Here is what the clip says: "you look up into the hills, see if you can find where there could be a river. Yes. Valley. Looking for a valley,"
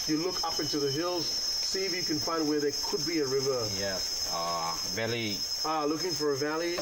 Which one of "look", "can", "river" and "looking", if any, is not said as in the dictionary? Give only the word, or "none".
none